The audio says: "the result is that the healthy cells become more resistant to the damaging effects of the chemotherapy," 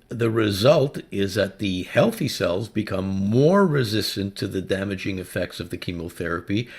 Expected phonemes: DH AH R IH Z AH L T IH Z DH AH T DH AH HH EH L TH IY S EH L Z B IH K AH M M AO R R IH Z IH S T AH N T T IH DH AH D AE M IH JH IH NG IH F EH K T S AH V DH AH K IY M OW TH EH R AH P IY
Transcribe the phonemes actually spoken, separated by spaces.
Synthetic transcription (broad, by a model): DH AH R IH Z AH L T IH Z DH AH T DH AH HH EH L TH IY S EH L Z B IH K AH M M AO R R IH Z IH S T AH N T T IH DH AH D AE M IH JH IH NG IH F EH K T S AH V DH AH K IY M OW TH EH R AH P IY